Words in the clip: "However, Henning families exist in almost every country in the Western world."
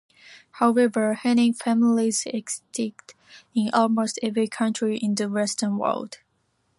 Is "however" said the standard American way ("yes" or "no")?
yes